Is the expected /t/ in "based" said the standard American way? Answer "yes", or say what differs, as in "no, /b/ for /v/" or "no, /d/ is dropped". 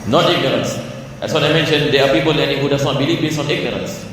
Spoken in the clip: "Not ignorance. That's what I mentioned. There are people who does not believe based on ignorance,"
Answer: no, /t/ is dropped